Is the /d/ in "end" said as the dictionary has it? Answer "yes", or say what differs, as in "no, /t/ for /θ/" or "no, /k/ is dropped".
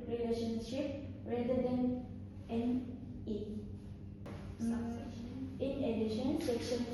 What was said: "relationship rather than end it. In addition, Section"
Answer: no, /d/ is dropped